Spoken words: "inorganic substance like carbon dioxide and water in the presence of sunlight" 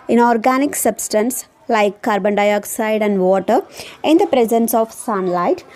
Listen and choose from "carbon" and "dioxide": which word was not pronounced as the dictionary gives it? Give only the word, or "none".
none